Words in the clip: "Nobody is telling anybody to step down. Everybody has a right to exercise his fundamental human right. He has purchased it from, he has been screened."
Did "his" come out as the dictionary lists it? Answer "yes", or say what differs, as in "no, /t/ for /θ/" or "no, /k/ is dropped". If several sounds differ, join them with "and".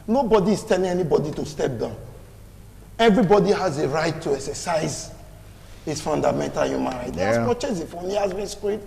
no, /s/ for /z/